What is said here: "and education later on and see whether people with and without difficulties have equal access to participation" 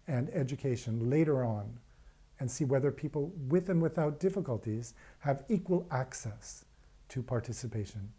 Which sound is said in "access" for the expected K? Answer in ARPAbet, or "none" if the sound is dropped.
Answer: K